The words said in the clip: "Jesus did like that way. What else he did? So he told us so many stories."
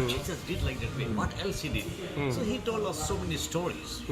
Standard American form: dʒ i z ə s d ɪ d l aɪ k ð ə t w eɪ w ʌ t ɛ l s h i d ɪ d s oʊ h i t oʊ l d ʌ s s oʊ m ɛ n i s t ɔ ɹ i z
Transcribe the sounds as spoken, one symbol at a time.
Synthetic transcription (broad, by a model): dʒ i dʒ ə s d ɪ d l aɪ k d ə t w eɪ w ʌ t ɛ l s h i d ɪ d s oʊ h i t oʊ l d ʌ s s oʊ m ɛ n i s t ɔ ɹ i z